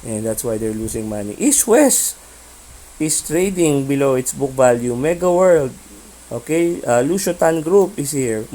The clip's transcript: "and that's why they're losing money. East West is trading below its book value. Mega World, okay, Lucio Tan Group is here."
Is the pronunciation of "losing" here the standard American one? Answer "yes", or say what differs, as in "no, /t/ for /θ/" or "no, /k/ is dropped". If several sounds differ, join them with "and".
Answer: no, /s/ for /z/